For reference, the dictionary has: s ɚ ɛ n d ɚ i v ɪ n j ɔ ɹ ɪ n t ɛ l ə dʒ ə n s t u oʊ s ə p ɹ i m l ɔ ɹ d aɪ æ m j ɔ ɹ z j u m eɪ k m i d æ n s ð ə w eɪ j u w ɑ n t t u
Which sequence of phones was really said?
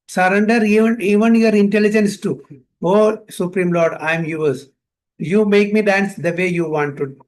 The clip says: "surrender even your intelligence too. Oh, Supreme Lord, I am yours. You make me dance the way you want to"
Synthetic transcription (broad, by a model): s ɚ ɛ n d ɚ i v ɪ n j ɔ ɹ ɪ n t ɛ l ə dʒ ə n s t u oʊ s ə p ɹ i m l ɔ ɹ d aɪ m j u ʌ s j u m eɪ k m i d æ n s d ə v eɪ j u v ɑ n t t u